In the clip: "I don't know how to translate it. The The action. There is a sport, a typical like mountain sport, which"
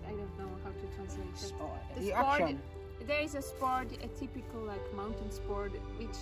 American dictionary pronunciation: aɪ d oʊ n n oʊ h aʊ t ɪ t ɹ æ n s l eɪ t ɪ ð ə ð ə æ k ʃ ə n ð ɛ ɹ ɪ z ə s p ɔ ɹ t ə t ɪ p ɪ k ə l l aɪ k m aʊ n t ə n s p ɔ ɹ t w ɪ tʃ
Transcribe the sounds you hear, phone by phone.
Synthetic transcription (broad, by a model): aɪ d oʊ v n oʊ h aʊ t ɪ t ɹ æ n s l eɪ t ɪ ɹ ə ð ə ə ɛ ɹ ɪ z ə s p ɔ ɹ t ə t ɪ p ɪ k ə l l aɪ k m aʊ n t ə n s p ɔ ɹ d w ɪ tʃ